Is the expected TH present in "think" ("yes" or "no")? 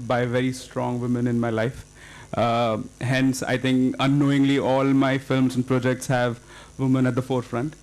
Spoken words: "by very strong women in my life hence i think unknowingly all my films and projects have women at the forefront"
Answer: no